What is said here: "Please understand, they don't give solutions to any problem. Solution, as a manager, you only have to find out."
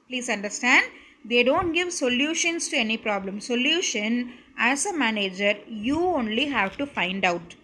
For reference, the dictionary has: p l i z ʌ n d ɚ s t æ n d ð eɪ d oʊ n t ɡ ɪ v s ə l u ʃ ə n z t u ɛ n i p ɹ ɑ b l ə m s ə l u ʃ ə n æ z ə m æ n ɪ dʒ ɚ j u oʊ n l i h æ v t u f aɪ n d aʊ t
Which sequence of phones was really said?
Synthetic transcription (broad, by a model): p l i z ʌ n d ɚ s t æ n d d eɪ d oʊ n t ɡ ɪ v s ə l u ʃ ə n s t u ɛ n i p ɹ ɑ b l ə m s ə l u ʃ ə n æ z ə m æ n ɪ dʒ ɚ j u oʊ n l i h æ v t u f aɪ n d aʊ t